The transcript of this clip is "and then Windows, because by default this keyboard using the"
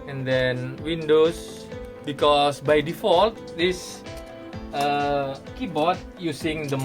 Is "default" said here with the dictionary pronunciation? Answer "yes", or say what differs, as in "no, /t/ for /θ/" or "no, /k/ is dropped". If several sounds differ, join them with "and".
yes